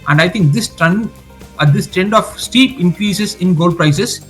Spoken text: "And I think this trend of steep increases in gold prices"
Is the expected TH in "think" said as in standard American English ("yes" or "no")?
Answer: no